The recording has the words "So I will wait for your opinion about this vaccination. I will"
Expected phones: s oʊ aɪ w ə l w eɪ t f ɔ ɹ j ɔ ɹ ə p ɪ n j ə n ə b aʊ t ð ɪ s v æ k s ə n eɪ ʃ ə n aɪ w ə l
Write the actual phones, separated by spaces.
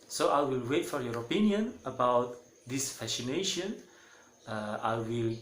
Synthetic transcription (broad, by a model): s oʊ aɪ w ə l w eɪ t f ɔ ɹ j ɔ ɹ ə p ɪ n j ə n ə b aʊ t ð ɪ s f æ s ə n eɪ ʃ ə n aɪ w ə l